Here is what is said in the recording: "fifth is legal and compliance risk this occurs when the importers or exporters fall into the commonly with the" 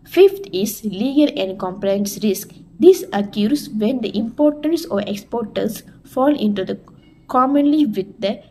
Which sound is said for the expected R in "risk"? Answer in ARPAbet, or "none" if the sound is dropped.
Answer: R